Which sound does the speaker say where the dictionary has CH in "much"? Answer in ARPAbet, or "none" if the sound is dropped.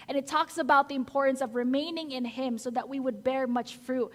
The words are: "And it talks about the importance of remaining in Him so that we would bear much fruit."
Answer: CH